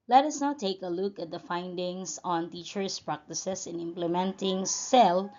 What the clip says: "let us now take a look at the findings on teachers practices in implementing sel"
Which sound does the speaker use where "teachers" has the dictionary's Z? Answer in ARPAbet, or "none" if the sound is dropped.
S